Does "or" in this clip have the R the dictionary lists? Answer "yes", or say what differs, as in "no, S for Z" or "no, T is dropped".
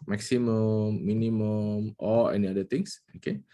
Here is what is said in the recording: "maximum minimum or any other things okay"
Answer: no, L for R